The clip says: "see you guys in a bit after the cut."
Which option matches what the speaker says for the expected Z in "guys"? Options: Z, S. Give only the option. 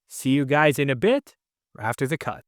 Z